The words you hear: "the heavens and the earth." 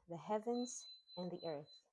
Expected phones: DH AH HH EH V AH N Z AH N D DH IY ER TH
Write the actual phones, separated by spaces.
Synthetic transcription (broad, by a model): DH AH HH EH V AH N Z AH N DH IY ER TH